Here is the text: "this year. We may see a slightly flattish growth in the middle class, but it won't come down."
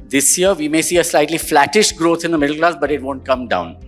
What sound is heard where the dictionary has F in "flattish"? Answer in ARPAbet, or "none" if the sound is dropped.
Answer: F